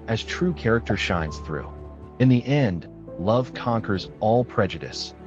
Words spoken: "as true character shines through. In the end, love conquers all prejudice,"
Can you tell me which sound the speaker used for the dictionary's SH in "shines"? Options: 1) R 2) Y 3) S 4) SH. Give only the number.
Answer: 4